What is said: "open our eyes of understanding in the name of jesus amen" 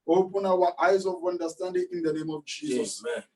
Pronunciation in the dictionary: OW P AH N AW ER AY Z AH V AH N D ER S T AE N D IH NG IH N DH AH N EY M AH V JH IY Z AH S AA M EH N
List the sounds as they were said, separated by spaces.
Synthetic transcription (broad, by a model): OW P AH N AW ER AY Z AH V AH N D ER S T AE N D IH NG IH N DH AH N EY M AH V JH IY Z AH S